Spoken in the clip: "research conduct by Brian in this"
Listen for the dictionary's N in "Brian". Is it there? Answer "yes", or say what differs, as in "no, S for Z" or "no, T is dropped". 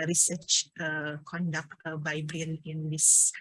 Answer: no, L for N